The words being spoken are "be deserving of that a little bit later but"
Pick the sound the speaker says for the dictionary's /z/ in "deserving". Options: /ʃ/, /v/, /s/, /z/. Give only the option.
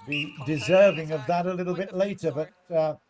/z/